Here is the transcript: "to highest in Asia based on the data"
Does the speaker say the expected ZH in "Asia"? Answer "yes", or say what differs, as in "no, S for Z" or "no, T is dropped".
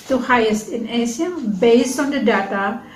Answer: no, S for ZH